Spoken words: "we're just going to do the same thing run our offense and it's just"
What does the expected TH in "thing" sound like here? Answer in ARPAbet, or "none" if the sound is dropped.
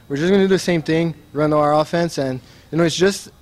TH